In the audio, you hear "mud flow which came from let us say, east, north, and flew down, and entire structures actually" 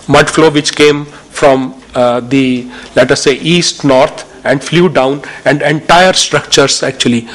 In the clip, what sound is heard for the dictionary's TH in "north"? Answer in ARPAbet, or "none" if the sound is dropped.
T